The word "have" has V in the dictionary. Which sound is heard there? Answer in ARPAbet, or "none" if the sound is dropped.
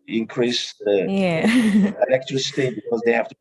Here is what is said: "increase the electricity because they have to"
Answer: F